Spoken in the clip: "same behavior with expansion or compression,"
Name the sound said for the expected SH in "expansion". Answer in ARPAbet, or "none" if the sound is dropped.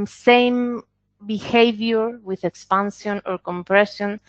S